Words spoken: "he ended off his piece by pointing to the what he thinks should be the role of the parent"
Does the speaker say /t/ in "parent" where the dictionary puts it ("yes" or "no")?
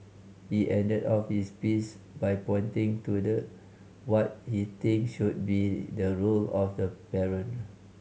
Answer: no